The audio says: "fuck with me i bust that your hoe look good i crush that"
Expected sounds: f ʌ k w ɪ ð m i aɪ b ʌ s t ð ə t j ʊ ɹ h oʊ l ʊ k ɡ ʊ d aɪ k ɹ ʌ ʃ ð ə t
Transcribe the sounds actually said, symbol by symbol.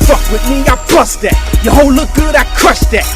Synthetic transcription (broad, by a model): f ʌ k w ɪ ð m i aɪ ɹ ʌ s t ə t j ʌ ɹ h oʊ l ʊ k ɡ ʊ d aɪ k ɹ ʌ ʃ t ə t